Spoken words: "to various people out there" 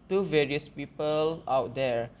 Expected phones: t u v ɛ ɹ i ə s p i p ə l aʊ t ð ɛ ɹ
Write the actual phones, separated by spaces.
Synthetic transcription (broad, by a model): t u v ɛ ɹ i ə s p i p ə l aʊ t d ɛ ɹ